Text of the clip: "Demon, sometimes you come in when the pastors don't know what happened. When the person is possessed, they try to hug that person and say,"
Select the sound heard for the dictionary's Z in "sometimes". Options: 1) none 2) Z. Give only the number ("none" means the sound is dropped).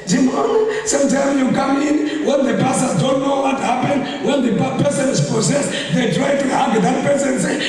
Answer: 1